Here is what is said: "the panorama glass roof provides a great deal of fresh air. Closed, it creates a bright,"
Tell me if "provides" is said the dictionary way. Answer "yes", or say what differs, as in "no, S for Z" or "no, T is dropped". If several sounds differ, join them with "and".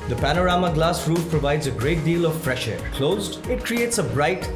yes